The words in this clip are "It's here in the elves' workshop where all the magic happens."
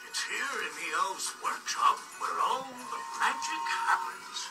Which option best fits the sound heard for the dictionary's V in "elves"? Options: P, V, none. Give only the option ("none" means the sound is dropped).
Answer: none